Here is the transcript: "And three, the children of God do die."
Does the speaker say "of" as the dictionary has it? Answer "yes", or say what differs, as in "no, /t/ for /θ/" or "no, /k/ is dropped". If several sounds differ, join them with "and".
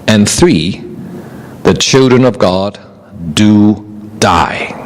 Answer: yes